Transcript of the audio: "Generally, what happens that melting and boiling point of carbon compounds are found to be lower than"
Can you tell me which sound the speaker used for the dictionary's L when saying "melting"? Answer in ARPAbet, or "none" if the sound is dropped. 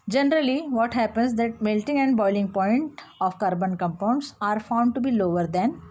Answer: L